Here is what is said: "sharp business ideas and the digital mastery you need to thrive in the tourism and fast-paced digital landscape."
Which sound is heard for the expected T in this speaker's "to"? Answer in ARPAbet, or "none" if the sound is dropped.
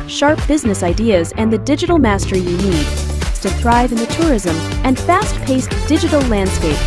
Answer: S